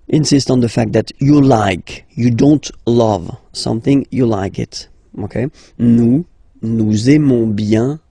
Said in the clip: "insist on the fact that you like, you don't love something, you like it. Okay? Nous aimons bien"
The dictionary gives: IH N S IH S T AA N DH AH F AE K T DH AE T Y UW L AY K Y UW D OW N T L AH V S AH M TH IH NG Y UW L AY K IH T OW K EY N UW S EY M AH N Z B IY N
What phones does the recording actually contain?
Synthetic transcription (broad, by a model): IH N S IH S T N DH AH F AE K T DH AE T Y UW L AY K Y UW D OW N T L AH V S AH M TH IH NG Y UW L AY K IH T OW K EY N UW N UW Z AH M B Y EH